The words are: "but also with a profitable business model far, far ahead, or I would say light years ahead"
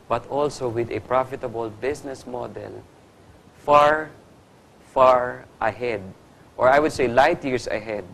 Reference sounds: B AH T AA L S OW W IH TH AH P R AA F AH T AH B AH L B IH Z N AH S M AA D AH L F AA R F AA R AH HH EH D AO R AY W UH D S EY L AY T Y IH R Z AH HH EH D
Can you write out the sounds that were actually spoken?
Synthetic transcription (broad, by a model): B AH T AA L S OW W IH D AH P R AA F AH T AH B AH L B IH S N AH S M AA D AH L F AA R F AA R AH HH EH D AO R AY W UH D S EY L AY T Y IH R S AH HH EH D